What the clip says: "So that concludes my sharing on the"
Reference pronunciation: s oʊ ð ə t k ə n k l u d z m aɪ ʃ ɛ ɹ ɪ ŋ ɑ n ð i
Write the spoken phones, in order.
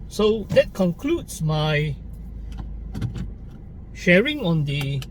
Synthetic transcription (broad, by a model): s oʊ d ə t k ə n k l u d s m aɪ ʃ ɛ ɹ ɪ ŋ ɑ n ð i